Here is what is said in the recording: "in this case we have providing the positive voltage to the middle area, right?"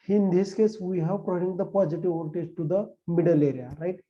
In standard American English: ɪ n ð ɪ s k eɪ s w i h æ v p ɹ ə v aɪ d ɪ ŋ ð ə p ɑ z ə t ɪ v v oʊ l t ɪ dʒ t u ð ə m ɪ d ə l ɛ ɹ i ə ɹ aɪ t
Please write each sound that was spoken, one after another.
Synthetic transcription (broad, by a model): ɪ n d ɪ s k eɪ s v i h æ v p ɹ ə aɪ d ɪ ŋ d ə p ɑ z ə t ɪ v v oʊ n t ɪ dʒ t u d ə m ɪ d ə l ɛ ɹ i ə ɹ aɪ t